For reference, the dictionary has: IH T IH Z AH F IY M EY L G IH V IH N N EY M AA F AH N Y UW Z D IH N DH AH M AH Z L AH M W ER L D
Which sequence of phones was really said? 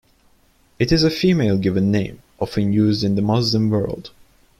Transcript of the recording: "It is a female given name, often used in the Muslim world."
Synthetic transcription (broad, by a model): IH T IH Z AH F IY M EY L G IH V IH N N EY M AA F AH N Y UW Z D IH N DH AH M AH Z L AH M W ER L D